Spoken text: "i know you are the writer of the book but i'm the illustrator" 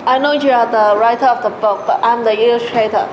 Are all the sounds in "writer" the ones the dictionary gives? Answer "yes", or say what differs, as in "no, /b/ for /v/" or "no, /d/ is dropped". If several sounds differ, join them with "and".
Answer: yes